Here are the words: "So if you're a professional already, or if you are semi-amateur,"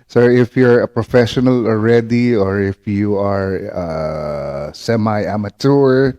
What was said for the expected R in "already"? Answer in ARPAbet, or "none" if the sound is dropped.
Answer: R